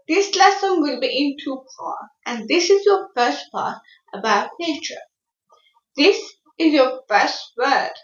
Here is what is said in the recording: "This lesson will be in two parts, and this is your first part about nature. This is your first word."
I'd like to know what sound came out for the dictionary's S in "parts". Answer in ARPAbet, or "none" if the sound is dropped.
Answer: none